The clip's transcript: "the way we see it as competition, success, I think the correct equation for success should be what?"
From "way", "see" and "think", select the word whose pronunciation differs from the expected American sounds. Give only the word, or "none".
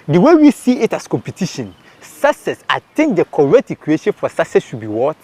think